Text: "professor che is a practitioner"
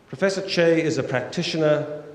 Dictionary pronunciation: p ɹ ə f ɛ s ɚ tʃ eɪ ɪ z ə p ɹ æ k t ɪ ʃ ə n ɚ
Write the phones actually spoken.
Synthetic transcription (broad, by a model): p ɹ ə f ɛ s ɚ tʃ eɪ ɪ z ə p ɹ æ k t ɪ ʃ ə n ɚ